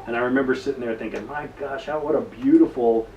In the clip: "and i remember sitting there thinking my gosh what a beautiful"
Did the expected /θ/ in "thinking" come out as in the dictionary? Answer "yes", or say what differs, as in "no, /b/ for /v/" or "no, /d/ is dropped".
yes